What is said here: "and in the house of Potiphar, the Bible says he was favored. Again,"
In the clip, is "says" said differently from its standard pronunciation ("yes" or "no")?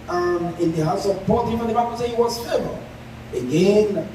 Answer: yes